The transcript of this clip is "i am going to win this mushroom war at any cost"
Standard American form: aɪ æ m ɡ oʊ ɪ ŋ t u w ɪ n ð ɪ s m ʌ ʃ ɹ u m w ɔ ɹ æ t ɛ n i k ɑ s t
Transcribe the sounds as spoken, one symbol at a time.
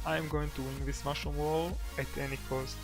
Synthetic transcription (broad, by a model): aɪ m ɡ oʊ ɪ ŋ t u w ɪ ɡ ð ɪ s m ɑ ʃ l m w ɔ l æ t ɛ n i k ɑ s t